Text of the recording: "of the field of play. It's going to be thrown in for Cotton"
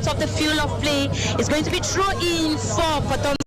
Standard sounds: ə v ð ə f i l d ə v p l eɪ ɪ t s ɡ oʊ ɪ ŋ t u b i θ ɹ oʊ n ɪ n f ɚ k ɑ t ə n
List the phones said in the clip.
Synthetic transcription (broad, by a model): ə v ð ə f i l ə v p l eɪ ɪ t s ɡ oʊ ɪ ŋ t u b i t ɹ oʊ ɪ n f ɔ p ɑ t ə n